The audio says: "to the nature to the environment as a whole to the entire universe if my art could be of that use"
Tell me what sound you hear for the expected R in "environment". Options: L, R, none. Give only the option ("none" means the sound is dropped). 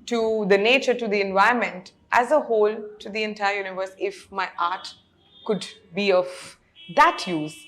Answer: none